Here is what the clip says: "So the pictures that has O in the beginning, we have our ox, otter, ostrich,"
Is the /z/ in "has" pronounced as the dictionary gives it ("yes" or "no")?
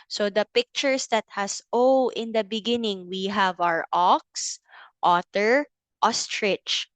no